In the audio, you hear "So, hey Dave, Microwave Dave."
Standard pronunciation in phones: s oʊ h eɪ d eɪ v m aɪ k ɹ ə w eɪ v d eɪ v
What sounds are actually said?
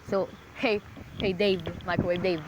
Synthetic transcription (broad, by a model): s oʊ h eɪ d eɪ v m aɪ k ə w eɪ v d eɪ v